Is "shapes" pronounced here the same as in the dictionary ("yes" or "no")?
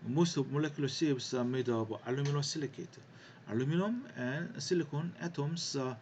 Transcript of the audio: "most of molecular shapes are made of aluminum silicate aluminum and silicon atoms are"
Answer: no